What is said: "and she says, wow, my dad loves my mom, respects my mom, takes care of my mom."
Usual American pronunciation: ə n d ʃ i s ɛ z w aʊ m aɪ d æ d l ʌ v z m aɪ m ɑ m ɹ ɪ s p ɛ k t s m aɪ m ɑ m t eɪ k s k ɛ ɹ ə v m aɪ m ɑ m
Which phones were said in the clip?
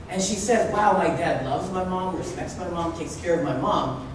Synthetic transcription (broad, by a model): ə n ʃ i s ɛ z w aʊ m aɪ d æ d l ʌ v z m aɪ m ɑ m ɹ ɪ s p ɛ k t s m aɪ m ɑ m t eɪ k s k ɛ ɹ ə v m aɪ m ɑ m